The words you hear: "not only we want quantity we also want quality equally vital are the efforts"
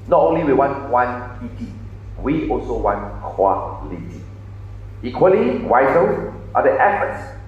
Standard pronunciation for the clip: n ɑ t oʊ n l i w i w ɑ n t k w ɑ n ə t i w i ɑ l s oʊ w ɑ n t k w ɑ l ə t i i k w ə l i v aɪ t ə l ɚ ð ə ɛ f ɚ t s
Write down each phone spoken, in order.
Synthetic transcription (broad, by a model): n ɑ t oʊ n l i w i w ɑ n t w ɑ n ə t i w i ɑ l s oʊ w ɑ n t k w ɑ l ə t i i k w ə l i w aɪ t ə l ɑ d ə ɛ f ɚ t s